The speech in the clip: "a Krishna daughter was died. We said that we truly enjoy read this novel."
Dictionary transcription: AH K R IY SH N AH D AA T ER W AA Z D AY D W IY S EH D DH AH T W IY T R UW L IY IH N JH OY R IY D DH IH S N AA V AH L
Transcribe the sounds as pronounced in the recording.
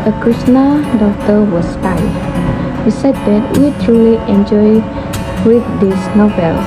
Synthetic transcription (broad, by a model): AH K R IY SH N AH D AA T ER W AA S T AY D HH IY S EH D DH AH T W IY T R UW L IY IH N JH OY W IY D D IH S N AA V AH L